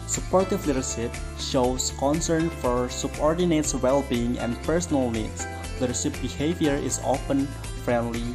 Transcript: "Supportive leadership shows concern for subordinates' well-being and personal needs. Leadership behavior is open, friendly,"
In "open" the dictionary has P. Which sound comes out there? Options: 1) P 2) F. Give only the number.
2